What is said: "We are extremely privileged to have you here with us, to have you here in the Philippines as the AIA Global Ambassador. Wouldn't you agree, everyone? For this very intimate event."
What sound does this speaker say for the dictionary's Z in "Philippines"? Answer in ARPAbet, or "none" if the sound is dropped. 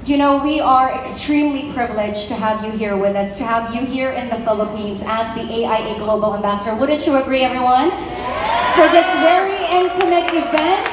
Z